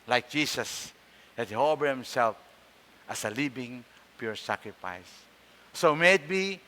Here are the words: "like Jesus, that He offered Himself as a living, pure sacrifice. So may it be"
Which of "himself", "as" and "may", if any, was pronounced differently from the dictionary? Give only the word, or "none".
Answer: as